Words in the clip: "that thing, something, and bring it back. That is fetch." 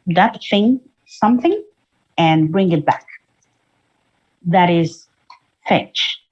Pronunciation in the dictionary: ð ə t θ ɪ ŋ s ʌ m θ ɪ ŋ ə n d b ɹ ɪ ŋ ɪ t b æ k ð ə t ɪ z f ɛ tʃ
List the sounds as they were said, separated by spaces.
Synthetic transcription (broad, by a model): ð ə t θ ɪ ŋ s ʌ m θ ɪ ŋ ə n b ɹ ɪ ŋ ɪ t b æ k ð ə t ɪ z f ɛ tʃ